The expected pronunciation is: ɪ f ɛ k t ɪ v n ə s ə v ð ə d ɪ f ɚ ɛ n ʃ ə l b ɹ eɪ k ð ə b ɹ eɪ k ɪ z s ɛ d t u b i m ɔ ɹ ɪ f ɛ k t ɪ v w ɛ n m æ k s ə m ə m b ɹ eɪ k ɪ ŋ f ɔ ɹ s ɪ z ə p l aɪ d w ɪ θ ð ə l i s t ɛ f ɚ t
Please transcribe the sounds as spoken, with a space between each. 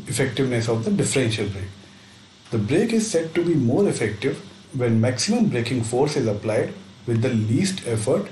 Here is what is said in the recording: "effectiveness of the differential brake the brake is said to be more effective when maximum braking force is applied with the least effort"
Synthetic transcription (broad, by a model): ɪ f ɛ k t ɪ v n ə s ə v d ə d ɪ f ɚ ɛ n ʃ ə l b ɹ eɪ k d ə b ɹ eɪ k ɪ z s ɛ d t u b i m ɔ ɹ ɪ f ɛ k t ɪ v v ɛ n m æ k s ə m ə m b ɹ eɪ k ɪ ŋ f ɔ ɹ s ɪ z ə p l aɪ d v ɪ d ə l i s t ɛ f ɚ t